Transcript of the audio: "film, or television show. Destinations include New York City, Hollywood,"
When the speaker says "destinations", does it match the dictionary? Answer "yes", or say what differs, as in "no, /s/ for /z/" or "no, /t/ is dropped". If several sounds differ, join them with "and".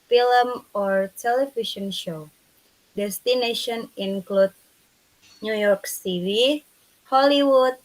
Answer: no, /z/ is dropped